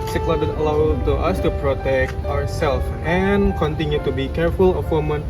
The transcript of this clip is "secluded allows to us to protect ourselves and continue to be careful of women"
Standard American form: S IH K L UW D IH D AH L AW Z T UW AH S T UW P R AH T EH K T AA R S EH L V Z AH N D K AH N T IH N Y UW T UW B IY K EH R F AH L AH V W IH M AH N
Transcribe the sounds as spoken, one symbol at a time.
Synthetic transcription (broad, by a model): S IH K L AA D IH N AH L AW T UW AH S T UW P R AH T EH K T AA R S EH L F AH N K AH N T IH N Y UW T UW B IY K EH R F AH L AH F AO M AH N